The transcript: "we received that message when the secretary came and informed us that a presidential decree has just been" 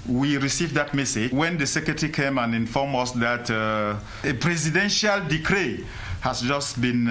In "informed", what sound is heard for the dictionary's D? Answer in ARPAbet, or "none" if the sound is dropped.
none